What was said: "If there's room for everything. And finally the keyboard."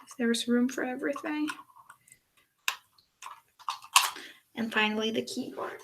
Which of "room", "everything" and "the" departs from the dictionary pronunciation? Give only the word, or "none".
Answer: none